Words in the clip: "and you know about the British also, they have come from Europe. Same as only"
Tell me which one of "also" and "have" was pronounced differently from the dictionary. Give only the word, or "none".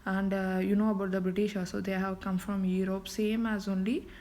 also